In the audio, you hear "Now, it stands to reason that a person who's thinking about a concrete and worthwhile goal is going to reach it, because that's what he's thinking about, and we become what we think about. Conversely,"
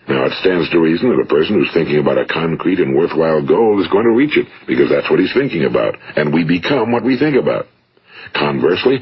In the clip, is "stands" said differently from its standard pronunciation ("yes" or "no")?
no